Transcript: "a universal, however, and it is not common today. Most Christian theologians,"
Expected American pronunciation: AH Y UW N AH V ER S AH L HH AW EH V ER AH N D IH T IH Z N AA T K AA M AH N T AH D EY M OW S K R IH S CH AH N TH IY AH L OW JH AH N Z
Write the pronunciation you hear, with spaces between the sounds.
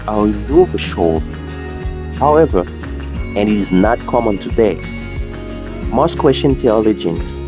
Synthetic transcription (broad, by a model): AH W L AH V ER SH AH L HH AW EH V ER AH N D IH T IH Z N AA T K AA M AH N T AH D EY M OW S K W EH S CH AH N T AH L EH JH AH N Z